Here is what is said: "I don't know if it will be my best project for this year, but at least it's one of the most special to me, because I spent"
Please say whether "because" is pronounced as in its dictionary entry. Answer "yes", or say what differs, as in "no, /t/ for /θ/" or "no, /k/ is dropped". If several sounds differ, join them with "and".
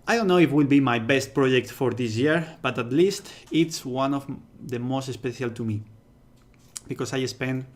no, /s/ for /z/